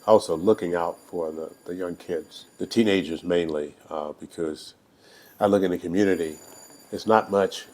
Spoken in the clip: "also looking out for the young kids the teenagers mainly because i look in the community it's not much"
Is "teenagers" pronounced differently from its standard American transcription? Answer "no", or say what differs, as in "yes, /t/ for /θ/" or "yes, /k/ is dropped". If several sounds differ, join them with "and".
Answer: no